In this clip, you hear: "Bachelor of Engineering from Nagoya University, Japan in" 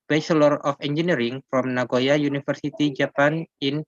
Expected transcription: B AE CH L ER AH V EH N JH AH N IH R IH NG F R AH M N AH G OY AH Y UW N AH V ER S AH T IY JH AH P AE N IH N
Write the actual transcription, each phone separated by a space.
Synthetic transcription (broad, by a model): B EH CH L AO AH F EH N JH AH N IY R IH NG F R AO M N AH G OY AH Y UW N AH F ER S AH T IY JH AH P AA N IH N